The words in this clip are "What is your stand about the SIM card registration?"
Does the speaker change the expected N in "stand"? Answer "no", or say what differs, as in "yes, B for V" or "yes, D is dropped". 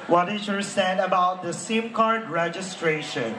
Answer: yes, N is dropped